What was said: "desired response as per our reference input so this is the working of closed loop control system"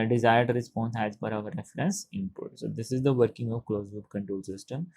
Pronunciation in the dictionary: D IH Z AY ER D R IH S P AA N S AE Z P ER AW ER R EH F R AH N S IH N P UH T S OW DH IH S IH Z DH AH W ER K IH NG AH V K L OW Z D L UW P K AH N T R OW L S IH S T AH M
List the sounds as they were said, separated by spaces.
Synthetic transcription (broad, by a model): D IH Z AY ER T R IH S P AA N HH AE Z F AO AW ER R EH F R AH N S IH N P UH T S OW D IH S IH Z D AH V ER K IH NG AH V K L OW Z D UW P K AH N T R OW L S IH S T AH M